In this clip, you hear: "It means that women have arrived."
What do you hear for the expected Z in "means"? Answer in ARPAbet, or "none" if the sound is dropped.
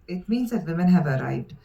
Z